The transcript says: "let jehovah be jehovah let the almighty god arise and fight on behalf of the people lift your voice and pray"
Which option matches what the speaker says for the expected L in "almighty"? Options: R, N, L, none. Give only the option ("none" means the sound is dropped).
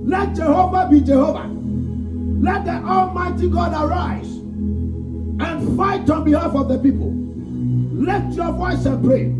L